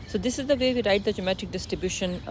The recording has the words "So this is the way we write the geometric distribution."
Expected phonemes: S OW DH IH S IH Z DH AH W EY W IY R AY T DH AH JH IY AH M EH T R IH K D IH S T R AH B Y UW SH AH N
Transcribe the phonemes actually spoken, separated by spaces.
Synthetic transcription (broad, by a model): S OW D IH S IH Z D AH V EY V IY R AY T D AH JH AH M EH T IH K D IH S T R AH B Y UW SH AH N